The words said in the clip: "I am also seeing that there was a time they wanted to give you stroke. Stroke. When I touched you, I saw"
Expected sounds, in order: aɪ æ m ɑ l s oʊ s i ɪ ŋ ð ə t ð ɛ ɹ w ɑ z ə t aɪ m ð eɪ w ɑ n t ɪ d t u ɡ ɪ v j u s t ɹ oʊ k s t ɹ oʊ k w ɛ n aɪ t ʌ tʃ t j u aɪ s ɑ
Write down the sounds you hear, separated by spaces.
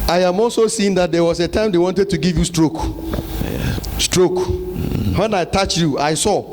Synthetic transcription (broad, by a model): aɪ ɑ m ɑ l s oʊ s i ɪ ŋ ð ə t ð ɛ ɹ w ɑ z ə t aɪ m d eɪ w ɑ n t ɪ d t u ɡ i v j u s t ɹ oʊ k s t ɹ oʊ k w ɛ n aɪ t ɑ tʃ j u aɪ s ɑ